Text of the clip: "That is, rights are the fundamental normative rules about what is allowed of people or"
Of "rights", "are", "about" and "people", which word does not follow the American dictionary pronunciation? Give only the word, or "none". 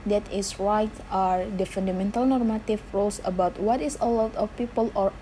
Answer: rights